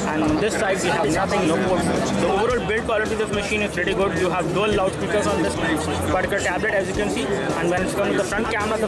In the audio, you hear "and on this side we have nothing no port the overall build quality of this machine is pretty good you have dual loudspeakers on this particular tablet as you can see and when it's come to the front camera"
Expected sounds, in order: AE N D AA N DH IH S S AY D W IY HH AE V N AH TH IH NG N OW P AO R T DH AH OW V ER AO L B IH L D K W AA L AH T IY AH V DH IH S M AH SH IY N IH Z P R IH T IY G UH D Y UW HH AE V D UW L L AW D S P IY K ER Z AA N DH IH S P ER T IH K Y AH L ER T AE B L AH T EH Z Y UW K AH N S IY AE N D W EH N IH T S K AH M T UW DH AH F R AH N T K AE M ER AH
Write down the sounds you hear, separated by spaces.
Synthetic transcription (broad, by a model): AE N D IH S S AY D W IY HH AE V N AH T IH NG N OW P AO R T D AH OW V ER AO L B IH L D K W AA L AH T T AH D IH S M AH SH IY N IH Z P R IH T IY G UH D Y UW HH AE V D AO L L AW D S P IY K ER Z AA N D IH S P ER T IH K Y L T AE B L AH T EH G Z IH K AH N S IY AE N D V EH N IH T S K AH M T UW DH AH F R AH N T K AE M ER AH